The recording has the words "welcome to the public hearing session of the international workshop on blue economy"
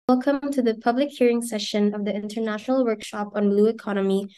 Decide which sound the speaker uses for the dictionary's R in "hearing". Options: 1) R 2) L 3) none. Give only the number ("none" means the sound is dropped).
1